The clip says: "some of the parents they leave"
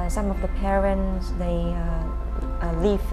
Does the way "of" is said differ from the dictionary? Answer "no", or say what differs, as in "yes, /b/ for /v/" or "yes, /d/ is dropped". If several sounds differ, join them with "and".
no